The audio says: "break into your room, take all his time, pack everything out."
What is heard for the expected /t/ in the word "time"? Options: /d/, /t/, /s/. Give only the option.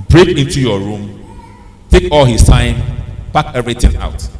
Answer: /s/